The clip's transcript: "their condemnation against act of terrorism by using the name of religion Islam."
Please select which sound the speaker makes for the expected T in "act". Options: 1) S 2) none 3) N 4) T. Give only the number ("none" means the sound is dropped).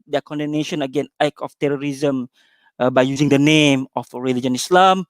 2